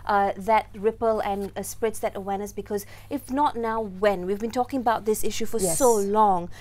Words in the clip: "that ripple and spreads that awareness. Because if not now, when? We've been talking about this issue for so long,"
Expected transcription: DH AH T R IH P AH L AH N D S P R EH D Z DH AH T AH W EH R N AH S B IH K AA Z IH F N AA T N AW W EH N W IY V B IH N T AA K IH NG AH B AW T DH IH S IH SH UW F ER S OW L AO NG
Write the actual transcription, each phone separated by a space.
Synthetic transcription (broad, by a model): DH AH T R IH P AH L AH N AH S P R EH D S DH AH T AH W EH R N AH S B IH K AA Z IH F N AA T N AW W EH N W IY V B IH N T AA K IH NG AH B AW T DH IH S IH SH UW F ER S OW L AO NG